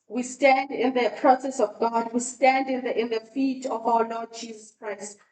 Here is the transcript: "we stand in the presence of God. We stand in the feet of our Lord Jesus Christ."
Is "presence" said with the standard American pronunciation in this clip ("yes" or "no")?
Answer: no